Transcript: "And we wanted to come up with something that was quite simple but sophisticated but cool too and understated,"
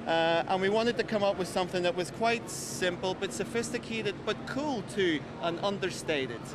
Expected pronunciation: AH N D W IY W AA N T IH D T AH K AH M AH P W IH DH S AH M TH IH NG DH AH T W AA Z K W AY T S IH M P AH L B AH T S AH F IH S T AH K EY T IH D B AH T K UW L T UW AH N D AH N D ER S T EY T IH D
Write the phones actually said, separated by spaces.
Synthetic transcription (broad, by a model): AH N W IY W AA N T IH D T AH K AH M AH P W IH DH S AH M TH IH NG DH AH T W AA Z K W AY T S IH M P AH L B AH T S AH F IH S T AH K EY T IH D B AH T K UW L T UW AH N AH N D ER S T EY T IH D